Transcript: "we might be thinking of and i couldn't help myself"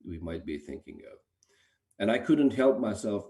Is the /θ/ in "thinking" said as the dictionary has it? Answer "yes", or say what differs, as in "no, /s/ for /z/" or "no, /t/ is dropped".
yes